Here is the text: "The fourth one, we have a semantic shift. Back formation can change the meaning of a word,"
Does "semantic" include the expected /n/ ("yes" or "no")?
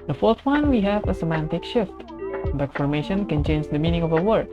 yes